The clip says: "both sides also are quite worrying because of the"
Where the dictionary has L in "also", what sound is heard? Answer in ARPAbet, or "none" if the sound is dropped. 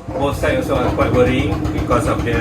none